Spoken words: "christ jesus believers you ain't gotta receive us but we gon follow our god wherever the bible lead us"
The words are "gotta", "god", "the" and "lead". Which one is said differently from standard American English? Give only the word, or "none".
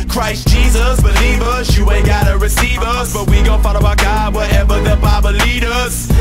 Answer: none